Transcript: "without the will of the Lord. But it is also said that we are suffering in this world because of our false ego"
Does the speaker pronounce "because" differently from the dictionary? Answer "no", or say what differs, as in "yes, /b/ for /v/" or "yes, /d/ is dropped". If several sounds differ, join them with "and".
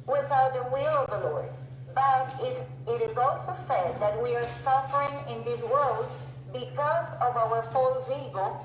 no